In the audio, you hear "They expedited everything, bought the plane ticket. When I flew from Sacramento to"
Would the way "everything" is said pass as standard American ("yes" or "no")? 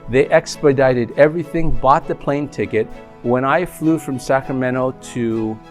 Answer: yes